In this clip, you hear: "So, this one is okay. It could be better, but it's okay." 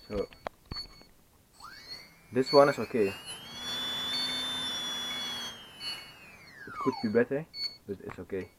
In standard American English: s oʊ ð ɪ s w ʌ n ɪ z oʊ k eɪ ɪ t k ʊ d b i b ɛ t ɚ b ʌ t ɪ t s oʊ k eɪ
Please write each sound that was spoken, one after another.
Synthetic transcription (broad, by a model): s oʊ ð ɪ s w ʌ n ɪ s oʊ k eɪ ɪ t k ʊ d b i b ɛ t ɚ b ʌ t ɪ t s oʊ k eɪ